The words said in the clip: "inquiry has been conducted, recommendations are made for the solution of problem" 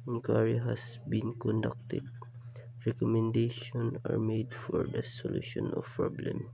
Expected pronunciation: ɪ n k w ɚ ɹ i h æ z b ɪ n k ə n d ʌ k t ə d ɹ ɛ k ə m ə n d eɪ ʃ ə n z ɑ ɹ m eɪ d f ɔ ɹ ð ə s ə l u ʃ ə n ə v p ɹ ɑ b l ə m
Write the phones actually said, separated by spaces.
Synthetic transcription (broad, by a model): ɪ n k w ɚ ɹ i h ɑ s b ɪ n k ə n d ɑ k t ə d ɹ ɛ k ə m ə n d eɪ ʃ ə n ɑ ɹ m eɪ d f ɔ ɹ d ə s ə l u ʃ ə n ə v p ɹ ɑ b l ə m